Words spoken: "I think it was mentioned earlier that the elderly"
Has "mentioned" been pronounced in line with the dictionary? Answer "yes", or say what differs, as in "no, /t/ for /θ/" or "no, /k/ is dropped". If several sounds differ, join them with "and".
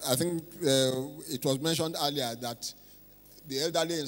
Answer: yes